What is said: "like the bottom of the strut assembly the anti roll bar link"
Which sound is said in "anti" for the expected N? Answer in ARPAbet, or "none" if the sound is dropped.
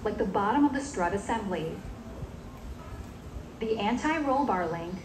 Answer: N